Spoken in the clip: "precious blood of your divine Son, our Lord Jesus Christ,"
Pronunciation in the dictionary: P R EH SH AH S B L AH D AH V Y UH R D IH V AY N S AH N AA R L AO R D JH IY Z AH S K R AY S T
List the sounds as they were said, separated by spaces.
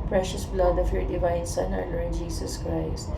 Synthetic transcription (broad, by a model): P R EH SH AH S B L AH D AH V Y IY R D IH V AY N S AH N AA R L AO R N JH IY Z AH S K R AY S T